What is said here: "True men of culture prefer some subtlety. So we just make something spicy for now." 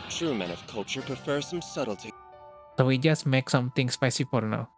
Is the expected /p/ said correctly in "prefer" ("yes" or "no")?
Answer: yes